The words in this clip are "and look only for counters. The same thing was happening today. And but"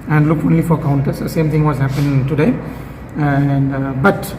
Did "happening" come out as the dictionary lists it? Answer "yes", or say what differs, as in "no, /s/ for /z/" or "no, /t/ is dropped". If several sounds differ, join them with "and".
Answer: no, /n/ is dropped